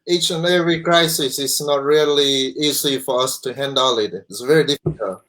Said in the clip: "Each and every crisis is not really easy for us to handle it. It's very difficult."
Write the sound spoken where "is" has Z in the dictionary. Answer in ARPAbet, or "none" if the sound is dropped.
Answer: S